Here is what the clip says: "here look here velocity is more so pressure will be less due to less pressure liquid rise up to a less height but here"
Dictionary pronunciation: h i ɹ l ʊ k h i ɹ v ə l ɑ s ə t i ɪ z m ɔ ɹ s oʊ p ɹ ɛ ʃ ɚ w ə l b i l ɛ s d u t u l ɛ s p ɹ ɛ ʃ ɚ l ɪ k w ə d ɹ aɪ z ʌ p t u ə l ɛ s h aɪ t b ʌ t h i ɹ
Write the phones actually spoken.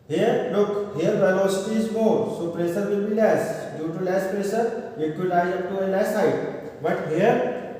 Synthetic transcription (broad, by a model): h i ɹ l ʊ k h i ɹ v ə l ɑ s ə t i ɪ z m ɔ s oʊ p ɹ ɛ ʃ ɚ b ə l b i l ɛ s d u t u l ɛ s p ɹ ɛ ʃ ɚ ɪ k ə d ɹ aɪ ʌ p t u ə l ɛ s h aɪ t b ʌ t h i ɹ